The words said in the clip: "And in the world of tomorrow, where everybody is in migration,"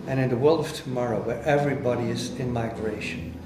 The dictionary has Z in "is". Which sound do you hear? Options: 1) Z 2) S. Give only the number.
1